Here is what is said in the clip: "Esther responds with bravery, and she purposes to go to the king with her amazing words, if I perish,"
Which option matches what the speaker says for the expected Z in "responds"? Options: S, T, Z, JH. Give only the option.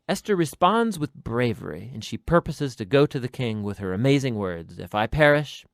Z